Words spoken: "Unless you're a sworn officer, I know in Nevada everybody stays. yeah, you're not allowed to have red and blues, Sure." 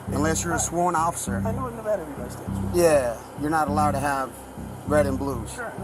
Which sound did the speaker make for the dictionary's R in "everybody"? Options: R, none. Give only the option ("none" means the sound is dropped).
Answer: none